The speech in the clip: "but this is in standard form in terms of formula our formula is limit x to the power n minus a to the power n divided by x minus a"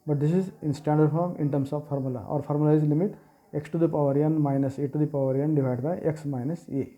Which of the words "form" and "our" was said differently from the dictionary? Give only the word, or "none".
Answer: none